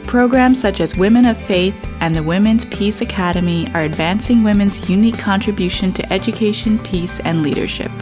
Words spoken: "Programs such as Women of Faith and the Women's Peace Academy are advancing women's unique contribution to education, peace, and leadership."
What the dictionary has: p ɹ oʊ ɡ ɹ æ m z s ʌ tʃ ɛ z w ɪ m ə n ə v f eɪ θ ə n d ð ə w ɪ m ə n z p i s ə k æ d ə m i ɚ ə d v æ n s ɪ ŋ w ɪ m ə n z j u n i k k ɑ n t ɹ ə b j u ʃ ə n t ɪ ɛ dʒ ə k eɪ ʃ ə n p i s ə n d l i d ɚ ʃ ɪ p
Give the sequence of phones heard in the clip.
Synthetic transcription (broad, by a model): p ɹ oʊ ɡ ɹ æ m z s ʌ tʃ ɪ z w ɪ m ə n ə v f eɪ θ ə n ð ə w ɪ m ə n z p i s ə k æ d ə m i ɚ ə d v æ n s ɪ ŋ w ɪ m ə n z j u n i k k ɑ n t ɹ ə b j u ʃ ə n t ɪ ɛ dʒ ə k eɪ ʃ ə n p i s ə n l i d ɚ ʃ ɪ p